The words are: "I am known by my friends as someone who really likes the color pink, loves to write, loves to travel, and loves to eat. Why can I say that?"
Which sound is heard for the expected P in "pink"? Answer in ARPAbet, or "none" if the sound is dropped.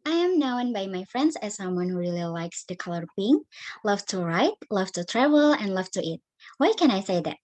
B